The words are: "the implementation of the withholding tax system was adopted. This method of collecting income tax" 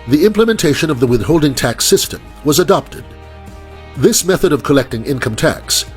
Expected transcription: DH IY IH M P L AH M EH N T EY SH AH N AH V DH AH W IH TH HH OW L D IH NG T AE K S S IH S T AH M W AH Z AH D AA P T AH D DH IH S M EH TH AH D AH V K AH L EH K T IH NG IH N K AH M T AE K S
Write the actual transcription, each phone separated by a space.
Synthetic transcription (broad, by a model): DH IY IH M P L AH M EH N T EY SH AH N AH V DH AH W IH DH HH OW L D IH NG T AE K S S IH S T AH M W AH Z AH D AA P T AH D DH IH S M EH TH AH D AH V K AH L EH K T IH NG IH N K AH M T AE K S